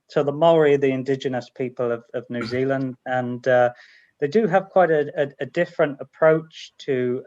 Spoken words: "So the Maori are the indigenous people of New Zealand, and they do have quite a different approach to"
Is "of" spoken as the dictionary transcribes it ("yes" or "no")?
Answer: yes